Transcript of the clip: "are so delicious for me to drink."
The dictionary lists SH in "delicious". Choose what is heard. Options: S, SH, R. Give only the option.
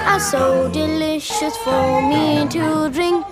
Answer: SH